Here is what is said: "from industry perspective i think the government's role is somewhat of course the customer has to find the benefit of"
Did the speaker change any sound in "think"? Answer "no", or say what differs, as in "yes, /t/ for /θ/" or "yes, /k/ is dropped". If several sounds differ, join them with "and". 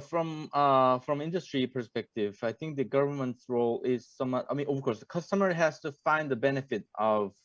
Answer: no